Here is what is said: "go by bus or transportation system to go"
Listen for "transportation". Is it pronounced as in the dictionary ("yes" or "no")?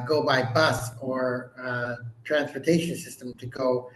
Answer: yes